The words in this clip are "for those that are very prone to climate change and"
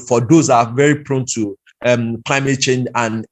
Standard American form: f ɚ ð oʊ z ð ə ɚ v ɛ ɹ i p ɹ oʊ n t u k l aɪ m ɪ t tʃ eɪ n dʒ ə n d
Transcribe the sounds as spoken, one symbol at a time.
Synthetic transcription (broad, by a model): f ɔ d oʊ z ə v ɛ ɹ i p ɹ oʊ n t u k l aɪ m ɪ t tʃ eɪ n dʒ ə n